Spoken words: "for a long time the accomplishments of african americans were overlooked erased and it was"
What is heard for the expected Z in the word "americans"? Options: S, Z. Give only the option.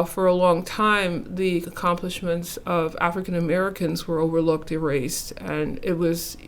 Z